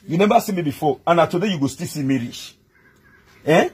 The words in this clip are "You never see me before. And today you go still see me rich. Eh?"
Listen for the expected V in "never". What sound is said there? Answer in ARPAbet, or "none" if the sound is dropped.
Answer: B